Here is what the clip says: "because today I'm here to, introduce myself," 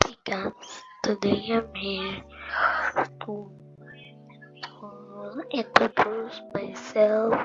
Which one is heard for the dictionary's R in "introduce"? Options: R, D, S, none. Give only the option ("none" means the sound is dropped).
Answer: none